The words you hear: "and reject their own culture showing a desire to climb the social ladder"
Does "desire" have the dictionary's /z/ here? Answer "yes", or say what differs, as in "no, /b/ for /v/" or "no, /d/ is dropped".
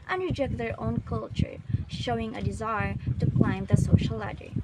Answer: yes